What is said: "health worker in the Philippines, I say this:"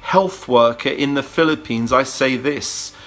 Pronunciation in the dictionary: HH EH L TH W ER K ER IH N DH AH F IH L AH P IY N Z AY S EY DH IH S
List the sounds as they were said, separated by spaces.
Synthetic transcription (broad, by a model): HH EH L TH W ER K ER IH N DH AH F IH L AH P IY N Z AY S EY DH IH S